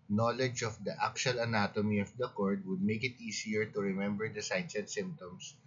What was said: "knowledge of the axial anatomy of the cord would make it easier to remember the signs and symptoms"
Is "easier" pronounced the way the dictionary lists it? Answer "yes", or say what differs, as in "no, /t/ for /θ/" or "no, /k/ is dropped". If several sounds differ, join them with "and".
no, /s/ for /z/